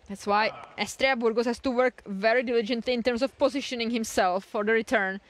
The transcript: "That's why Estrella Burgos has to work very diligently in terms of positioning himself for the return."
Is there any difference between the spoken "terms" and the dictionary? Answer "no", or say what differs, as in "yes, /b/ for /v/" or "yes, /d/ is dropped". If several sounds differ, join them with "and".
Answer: yes, /s/ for /z/